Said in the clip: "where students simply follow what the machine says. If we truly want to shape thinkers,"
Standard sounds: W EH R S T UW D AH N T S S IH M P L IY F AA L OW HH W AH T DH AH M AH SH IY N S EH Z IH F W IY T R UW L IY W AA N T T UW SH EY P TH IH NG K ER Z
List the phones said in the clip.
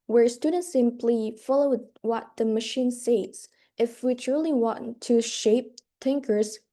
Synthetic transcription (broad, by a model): W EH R S T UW D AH N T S S IH M P L IY F AA L OW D W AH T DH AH M AH SH IY N S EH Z IH F W IY T R UW L IY W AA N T T UW SH EY P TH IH NG K ER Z